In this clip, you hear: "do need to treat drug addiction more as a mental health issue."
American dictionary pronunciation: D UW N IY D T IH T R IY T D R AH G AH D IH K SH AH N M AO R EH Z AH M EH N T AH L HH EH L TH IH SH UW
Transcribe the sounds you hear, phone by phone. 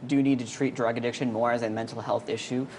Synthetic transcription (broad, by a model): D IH N IY D T IH T R IY T D R AH G AH D IH K SH AH N M AO R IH Z AH M EH N T L HH EH L TH IH SH UW